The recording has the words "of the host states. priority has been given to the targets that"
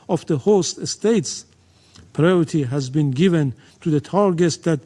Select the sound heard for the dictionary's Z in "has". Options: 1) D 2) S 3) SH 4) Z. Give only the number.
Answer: 4